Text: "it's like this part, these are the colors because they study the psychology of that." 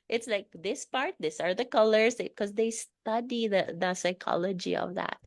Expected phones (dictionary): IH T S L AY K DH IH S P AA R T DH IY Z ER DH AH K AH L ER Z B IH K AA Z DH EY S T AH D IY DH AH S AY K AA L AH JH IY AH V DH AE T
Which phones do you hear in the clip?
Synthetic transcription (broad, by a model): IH T S L AY K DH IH S P AA R T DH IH S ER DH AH K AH L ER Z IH K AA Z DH EY S T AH D IY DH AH S AY K AA L AH JH IY AH V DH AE T